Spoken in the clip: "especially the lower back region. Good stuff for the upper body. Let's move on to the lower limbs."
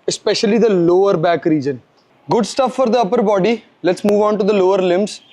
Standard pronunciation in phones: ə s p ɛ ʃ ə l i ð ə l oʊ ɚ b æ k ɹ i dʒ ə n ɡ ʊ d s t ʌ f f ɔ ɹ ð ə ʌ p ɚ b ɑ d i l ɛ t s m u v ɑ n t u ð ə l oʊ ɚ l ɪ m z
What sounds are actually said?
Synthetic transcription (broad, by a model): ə s p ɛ ʃ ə l i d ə l oʊ ɚ b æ k ɹ i dʒ ə n ɡ ʊ d s t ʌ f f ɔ ɹ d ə ʌ p ɚ b ɑ d i l ɛ t s m u v ɑ n t u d ə l oʊ ɚ l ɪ m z